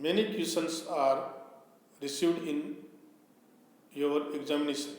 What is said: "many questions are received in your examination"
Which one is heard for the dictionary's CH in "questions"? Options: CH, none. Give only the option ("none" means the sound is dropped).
none